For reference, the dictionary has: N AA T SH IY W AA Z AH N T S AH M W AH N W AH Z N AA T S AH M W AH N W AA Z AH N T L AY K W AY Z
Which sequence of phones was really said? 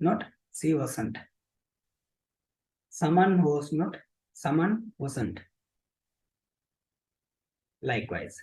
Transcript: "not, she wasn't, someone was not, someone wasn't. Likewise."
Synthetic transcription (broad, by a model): N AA T S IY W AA S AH N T S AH M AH N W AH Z N AA T S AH M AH N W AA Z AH N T L AY K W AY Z